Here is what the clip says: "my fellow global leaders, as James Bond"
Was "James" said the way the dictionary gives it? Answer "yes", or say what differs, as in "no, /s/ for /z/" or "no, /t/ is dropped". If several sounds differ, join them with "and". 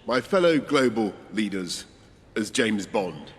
yes